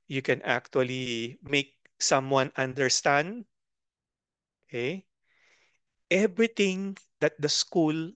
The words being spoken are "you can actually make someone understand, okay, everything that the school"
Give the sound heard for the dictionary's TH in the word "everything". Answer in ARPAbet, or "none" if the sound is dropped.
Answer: T